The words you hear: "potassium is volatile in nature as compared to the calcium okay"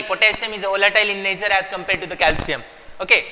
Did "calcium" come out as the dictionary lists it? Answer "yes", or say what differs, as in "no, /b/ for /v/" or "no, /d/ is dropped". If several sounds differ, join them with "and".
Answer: yes